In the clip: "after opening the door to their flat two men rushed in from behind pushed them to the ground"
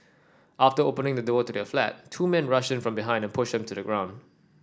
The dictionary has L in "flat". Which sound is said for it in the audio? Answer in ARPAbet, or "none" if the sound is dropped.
L